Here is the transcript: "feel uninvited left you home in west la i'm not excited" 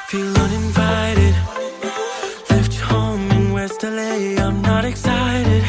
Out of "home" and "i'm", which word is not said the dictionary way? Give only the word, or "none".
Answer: home